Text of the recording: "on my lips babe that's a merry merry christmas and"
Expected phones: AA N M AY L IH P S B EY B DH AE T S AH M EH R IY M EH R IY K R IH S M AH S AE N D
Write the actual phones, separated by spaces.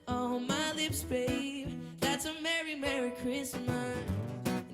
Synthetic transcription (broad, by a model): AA M AY L IH P S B EY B DH AE T S AH M EH R IY M EH R IY K R IH S M AH S